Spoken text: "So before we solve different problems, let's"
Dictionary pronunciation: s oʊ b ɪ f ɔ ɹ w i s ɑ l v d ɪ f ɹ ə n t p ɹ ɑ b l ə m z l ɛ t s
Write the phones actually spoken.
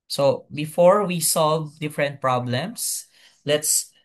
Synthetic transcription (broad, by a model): s oʊ b ɪ f ɔ ɹ w i s ɑ l v d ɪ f ɹ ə n t p ɹ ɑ b l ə m s l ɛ t s